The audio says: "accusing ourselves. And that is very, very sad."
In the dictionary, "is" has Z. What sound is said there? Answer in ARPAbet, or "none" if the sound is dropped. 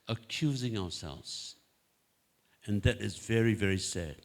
Z